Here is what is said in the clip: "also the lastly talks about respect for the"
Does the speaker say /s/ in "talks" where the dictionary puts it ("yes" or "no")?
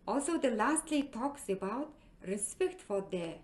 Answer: yes